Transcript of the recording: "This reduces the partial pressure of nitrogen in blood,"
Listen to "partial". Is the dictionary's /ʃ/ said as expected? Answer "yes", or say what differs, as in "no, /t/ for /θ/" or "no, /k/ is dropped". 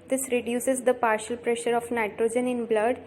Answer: yes